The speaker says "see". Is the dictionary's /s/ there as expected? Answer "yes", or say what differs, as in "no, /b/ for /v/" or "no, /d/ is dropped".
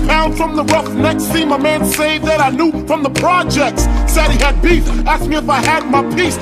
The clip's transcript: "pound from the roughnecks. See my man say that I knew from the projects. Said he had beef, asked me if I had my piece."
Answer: no, /θ/ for /s/